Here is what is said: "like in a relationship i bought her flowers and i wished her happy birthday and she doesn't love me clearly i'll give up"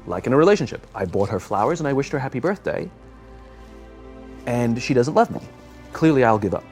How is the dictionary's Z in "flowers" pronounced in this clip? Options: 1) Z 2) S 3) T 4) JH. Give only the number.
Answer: 1